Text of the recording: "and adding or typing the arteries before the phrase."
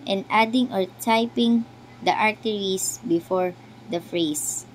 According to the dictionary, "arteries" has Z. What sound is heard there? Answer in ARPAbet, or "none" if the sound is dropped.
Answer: S